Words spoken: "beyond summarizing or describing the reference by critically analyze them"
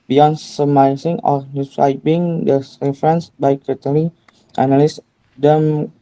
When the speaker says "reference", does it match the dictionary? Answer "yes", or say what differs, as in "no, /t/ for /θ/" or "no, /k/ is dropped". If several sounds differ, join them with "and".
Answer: yes